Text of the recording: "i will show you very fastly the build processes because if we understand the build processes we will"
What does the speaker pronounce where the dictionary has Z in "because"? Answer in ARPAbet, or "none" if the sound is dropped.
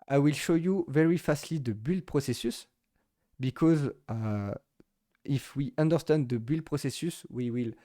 Z